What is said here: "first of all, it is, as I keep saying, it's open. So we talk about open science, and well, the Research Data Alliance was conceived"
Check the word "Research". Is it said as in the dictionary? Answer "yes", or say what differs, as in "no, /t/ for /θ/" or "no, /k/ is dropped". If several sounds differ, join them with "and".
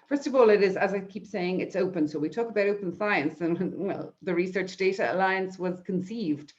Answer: yes